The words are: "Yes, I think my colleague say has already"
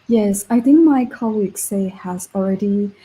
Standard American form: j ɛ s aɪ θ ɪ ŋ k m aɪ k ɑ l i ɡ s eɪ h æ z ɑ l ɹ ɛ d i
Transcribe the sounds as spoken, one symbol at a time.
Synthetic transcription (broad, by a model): j ɛ s aɪ θ ɪ ŋ k m aɪ k ɑ l i ɡ s eɪ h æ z l ɹ ɛ d i